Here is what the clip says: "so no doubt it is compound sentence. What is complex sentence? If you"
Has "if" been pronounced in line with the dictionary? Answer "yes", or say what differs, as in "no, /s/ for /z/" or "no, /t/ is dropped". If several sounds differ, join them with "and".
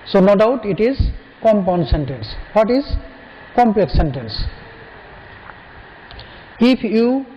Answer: no, /p/ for /f/